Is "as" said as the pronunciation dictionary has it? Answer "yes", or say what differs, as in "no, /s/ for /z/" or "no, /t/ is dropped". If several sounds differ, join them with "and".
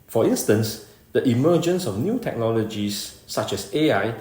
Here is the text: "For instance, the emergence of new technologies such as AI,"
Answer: no, /s/ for /z/